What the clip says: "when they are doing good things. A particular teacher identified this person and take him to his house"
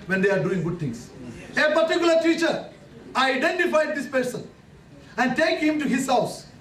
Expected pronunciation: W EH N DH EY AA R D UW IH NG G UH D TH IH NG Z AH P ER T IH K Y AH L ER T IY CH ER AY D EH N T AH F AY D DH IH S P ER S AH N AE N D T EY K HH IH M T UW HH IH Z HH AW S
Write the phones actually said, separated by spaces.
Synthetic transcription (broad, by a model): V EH N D EY AA R D UW IH NG G UH D T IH NG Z AH P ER T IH K Y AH L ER T IY CH ER AY D EH N T AH F AY D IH S P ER S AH N AE N D T EY K HH IH M T UW HH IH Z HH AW S